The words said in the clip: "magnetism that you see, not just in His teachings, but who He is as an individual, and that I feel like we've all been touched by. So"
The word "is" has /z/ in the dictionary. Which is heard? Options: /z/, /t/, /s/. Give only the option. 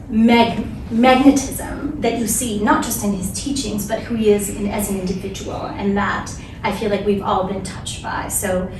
/z/